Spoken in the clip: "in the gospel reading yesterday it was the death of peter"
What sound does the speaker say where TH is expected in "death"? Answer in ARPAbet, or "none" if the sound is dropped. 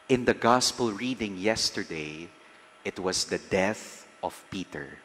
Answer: TH